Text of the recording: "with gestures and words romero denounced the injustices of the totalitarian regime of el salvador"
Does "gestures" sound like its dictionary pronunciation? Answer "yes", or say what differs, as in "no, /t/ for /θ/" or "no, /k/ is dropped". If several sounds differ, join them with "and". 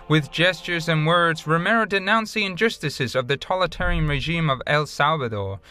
yes